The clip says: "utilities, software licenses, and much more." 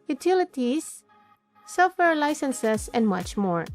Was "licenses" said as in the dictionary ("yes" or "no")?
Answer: no